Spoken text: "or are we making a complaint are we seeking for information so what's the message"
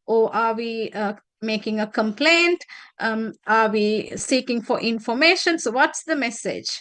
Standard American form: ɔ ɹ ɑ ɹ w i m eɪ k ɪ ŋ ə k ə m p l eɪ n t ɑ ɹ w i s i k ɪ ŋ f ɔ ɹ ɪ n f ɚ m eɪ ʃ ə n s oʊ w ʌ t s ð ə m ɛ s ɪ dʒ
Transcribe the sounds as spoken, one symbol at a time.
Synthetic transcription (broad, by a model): ɔ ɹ ɑ ɹ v i m eɪ k ɪ ŋ ə k ə m p l eɪ n t ɑ ɹ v i s i k ɪ ŋ f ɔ ɹ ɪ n f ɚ m eɪ ʃ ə n s oʊ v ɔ t s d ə m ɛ s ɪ dʒ